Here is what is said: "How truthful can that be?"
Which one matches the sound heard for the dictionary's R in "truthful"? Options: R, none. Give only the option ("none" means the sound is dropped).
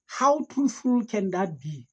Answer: none